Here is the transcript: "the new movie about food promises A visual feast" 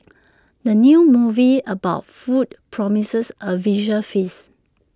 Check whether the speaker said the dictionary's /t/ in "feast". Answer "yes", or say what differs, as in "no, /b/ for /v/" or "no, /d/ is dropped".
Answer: no, /t/ is dropped